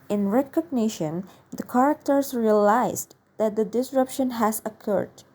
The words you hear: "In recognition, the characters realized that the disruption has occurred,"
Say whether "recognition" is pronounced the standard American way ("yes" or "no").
yes